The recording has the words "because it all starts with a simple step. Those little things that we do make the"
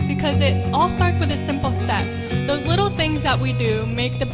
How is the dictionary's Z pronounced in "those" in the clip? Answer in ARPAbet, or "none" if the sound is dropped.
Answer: Z